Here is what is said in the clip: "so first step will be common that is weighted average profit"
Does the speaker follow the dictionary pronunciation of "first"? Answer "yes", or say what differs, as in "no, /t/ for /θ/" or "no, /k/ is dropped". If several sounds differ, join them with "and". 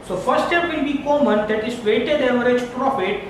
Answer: no, /s/ is dropped